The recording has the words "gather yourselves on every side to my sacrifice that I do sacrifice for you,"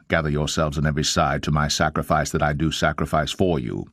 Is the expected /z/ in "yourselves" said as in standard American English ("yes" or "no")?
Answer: yes